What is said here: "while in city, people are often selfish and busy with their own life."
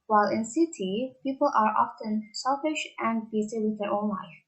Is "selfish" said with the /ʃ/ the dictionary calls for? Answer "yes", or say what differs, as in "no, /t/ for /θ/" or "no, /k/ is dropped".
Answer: yes